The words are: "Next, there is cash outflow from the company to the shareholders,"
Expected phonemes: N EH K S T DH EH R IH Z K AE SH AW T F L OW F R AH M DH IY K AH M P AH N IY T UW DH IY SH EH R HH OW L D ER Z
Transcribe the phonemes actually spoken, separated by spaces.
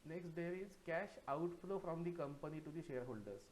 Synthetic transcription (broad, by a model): N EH K S T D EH R IH Z K AE SH AW T F L OW F R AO M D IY K AH M P AH N IY T UW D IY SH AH R HH OW L D ER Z